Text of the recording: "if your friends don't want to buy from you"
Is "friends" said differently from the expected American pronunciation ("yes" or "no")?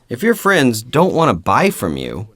no